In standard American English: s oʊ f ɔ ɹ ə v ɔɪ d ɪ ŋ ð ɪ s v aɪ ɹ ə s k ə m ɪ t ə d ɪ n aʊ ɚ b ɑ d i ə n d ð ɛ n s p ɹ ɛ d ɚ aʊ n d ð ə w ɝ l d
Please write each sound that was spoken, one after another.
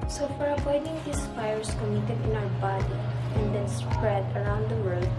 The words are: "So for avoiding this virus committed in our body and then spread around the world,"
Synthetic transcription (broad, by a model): s oʊ f ɔ ɹ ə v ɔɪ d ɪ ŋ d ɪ s f aɪ ɹ s k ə m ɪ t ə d ɪ n aʊ ɚ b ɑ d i ə n d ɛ n s p ɹ ɛ d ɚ aʊ n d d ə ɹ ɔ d